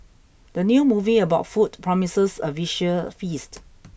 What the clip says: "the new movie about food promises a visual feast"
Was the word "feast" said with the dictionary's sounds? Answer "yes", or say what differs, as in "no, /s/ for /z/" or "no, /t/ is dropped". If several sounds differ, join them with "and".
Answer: yes